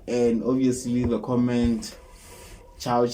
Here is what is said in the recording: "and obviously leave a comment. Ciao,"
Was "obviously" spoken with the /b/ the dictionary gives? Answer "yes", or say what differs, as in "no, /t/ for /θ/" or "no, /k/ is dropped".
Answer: no, /b/ is dropped